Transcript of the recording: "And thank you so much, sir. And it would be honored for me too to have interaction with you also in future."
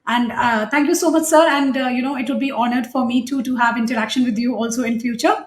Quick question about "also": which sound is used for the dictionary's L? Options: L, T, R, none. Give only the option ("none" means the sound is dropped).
L